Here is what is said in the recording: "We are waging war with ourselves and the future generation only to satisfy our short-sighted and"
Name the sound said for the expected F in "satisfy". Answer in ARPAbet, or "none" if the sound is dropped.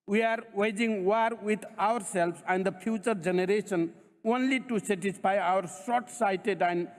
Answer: P